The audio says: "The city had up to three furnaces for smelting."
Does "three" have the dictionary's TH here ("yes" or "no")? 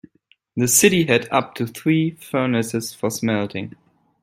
yes